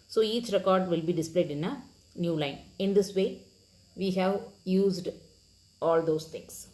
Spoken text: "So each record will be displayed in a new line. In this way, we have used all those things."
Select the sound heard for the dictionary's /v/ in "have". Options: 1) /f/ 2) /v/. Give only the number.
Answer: 2